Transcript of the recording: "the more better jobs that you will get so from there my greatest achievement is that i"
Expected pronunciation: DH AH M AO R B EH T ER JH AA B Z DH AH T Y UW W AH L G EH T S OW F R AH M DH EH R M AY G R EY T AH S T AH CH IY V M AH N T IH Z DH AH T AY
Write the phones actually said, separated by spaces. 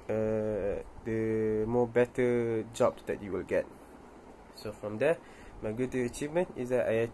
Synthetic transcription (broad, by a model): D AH M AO B EH T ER JH AA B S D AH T Y UW W AH L G EH T S OW F R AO M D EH M AY G UW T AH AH CH IY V M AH N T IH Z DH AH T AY